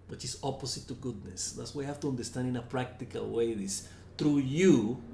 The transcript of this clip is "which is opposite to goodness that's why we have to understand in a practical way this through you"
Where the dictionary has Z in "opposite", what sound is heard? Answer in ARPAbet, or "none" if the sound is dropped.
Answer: S